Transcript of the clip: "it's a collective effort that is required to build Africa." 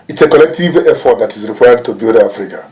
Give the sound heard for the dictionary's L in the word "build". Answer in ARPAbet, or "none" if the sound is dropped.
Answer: none